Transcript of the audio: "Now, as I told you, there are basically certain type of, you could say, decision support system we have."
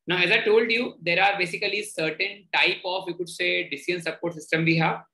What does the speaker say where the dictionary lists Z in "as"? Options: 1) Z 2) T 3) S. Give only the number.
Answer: 1